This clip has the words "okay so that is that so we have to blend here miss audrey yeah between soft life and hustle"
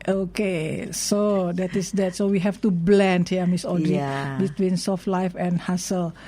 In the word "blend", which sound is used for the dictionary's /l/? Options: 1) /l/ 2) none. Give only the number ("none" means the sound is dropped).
1